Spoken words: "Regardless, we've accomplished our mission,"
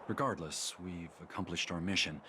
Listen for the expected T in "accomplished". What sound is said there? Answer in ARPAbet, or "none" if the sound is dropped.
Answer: T